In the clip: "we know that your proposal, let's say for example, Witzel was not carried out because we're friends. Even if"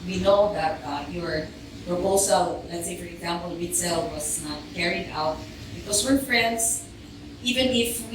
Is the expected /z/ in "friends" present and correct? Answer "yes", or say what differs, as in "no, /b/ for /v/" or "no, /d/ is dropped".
no, /s/ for /z/